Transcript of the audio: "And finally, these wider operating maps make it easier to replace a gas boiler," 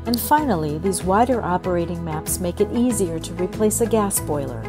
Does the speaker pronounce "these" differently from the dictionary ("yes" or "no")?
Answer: no